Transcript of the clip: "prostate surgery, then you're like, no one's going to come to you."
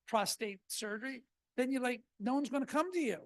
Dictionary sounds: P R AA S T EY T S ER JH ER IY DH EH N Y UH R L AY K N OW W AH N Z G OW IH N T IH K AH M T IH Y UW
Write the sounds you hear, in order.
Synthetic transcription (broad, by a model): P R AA S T EY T S ER JH ER IY DH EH N Y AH R L AY K N OW W AH N Z G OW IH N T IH K AH M T IH Y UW